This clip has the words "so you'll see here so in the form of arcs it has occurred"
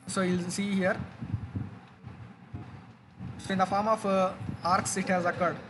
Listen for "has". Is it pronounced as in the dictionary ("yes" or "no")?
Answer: yes